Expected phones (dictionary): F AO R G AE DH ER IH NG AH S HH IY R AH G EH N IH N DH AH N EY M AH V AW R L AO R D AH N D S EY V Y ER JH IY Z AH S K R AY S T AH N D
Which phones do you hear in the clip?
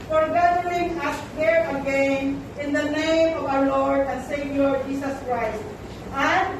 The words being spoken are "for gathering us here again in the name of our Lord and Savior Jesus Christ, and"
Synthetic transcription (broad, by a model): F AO R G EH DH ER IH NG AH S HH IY R AH G EH N IH N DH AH N EY M AH V AW R L AO R D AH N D S EY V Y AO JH IY S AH S K R AY S T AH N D